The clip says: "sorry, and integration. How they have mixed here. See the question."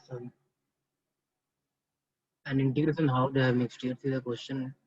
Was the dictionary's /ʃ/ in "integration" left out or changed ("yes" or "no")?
yes